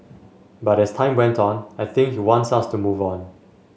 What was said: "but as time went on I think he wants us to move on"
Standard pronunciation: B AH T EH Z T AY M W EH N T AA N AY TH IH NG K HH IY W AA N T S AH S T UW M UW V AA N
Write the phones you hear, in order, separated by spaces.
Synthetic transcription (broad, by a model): B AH T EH S T AY M W EH N T AA N AY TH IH NG K HH IY W AA N T S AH S T UW M UW V AA N